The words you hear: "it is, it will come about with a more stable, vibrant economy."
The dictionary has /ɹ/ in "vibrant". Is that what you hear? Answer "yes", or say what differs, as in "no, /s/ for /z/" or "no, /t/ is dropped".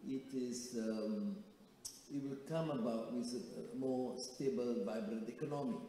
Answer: yes